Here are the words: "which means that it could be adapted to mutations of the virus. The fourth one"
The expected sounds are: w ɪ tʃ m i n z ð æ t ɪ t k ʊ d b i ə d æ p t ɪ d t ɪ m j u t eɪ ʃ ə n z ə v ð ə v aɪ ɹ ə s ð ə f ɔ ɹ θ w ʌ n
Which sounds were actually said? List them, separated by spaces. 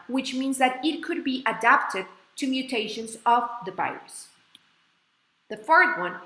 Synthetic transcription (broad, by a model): w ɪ tʃ m i n z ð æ t ɪ t k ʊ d b i ə d æ p t ɪ d t ɪ m j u t eɪ ʃ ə n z ə v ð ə b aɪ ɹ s ð ə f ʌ ɹ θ w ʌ n